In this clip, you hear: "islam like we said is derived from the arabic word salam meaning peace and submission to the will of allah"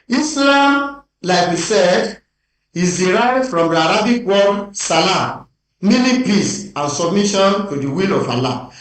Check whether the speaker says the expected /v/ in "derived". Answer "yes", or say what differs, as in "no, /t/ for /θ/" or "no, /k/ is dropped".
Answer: no, /v/ is dropped